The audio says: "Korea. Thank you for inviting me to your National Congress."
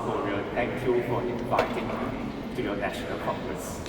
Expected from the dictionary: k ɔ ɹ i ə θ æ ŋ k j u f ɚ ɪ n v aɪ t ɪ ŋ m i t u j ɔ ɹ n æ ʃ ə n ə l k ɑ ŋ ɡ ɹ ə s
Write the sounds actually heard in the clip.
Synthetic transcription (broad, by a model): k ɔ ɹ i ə t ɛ ŋ k j u f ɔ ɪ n v aɪ t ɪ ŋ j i t u j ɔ n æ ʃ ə n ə l k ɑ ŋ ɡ ɹ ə s